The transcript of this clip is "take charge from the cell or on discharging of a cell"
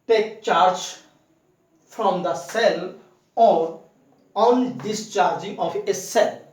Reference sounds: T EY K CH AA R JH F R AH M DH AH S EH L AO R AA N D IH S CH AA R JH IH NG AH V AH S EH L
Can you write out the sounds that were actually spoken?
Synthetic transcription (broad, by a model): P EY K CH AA R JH F R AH M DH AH S EH L AO R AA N D IH S CH AA R JH IH NG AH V AH S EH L